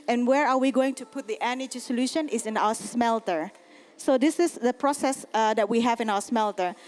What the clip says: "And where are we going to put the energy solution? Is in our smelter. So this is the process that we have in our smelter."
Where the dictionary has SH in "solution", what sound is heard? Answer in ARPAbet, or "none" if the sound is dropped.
SH